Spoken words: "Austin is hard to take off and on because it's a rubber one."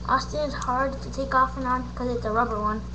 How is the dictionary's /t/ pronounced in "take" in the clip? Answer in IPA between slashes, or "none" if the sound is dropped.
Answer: /t/